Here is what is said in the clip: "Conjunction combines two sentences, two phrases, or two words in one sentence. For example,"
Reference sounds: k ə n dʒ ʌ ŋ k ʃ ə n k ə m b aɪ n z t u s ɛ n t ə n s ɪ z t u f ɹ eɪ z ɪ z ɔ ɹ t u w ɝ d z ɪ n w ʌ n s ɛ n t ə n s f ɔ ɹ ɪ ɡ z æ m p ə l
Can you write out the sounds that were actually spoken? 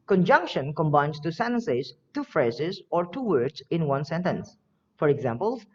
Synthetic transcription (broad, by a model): k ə n dʒ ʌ ŋ k ʃ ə n k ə m b aɪ n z t u s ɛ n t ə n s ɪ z t u f ɹ eɪ z ɪ z ɔ ɹ t u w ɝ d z ɪ n w ʌ n s ɛ n t ə n s f ɔ ɹ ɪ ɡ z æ m p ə l